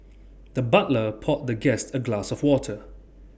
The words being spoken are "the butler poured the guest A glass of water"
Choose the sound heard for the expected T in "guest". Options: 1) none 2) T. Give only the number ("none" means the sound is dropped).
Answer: 2